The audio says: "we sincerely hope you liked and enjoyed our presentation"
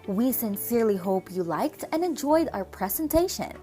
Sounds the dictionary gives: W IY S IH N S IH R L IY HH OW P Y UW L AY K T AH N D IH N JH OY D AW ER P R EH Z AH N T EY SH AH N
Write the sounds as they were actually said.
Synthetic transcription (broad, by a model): W IY S IH N S IH R L IY HH OW P Y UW L AY K T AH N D IH N JH OY D AW ER P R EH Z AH N T EY SH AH N